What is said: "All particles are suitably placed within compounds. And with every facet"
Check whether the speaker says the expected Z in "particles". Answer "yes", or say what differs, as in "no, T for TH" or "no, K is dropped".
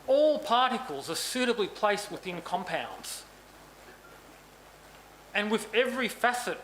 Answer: yes